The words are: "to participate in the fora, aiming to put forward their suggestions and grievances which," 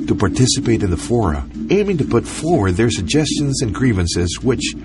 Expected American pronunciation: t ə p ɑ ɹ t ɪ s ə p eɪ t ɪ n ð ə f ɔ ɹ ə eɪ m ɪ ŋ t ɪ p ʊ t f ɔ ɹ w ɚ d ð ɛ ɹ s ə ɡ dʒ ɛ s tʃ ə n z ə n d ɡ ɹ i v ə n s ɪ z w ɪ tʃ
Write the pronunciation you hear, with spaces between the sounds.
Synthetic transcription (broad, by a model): t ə p ɑ ɹ t ɪ s ə p eɪ t ɪ n ð ə f ɔ ɹ ə eɪ m ɪ ŋ t ɪ p ʊ t f ɔ ɹ w ɚ d ð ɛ ɹ s ə ɡ dʒ ɛ s tʃ ə n z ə n ɡ ɹ i v ə n s ɪ z w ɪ tʃ